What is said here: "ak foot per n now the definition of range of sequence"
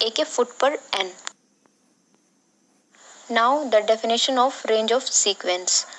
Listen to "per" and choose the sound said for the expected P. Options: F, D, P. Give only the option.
P